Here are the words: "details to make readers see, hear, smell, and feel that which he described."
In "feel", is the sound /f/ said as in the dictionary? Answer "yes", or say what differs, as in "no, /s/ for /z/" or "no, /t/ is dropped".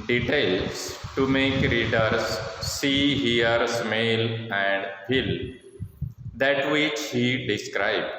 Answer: no, /p/ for /f/